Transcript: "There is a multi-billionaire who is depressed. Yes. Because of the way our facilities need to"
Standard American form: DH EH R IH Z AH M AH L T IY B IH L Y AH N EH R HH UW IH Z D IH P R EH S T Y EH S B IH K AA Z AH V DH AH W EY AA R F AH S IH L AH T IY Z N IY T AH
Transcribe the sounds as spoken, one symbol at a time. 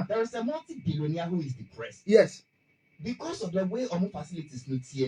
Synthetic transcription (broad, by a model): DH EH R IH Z AH M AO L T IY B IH L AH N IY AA HH UW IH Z D IH P R EH S T Y EH S B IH K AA S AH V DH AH W EY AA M F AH S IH L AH T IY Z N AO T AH